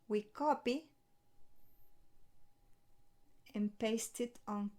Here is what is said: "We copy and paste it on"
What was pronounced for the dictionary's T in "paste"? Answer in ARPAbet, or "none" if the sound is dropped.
T